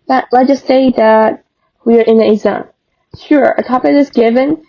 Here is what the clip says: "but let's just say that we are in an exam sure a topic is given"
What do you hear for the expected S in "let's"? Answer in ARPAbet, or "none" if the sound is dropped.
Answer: none